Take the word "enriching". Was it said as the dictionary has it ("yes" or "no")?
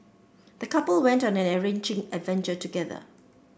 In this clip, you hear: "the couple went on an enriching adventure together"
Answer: no